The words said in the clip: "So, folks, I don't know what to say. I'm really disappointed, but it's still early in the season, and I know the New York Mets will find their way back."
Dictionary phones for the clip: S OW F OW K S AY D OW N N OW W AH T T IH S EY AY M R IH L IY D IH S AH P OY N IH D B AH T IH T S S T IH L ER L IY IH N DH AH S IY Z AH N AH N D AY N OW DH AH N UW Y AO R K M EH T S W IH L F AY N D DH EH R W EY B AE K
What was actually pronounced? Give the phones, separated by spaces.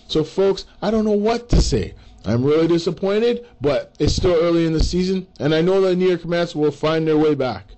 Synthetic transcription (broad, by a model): S OW F OW K S AY D OW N N OW W AH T T IH S EY AY M R IH L IY D IH S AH P OY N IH D B AH T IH T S S T IH L ER L IY IH N DH AH S IY Z AH N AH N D AY N OW DH AH N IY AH R K M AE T S W IH L F AY N DH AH R W EY B AE K